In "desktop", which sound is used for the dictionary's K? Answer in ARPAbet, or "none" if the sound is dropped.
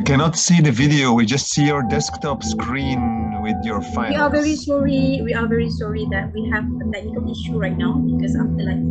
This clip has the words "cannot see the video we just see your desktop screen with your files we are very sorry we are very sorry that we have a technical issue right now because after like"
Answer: K